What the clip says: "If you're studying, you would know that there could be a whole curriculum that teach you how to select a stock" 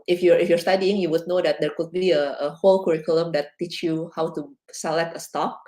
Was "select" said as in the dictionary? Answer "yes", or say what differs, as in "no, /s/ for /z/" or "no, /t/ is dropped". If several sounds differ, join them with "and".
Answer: yes